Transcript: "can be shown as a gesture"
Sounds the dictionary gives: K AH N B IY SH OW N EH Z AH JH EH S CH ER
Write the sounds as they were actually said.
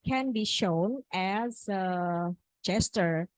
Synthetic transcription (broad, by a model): K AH N B IY SH OW N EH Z AH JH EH S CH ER